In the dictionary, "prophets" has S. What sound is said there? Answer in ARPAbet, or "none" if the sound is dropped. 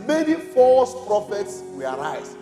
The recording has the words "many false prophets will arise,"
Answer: S